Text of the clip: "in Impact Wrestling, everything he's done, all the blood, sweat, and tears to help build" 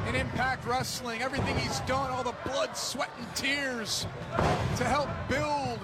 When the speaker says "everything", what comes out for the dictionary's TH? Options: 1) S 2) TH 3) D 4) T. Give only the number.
2